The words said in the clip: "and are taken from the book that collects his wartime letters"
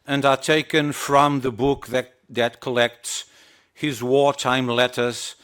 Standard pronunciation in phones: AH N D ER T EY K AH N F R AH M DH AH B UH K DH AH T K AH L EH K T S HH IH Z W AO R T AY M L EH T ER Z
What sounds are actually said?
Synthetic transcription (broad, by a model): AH N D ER T EY K AH N F R AH M DH AH B UH K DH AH T K AH L EH K T S HH IH Z W AO R T AY M L EH T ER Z